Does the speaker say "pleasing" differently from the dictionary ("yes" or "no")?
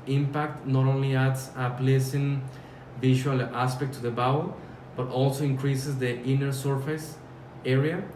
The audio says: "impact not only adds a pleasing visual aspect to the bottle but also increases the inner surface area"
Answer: yes